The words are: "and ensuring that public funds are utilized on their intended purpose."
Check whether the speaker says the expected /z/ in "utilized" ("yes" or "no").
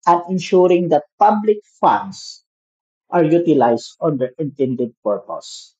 no